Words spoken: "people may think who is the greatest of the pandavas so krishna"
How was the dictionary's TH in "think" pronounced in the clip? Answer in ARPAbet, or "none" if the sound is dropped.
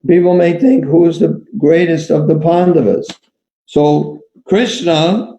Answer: TH